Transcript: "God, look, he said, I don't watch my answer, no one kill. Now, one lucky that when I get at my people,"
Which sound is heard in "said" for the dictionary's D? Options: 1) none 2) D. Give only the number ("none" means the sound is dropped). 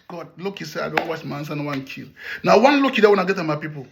1